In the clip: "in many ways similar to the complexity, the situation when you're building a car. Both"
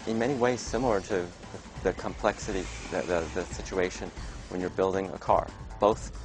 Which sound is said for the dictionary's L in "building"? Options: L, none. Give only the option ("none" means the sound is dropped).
L